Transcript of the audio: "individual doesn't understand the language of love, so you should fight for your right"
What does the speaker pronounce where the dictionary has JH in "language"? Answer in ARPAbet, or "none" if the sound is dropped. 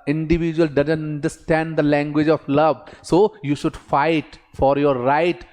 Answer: JH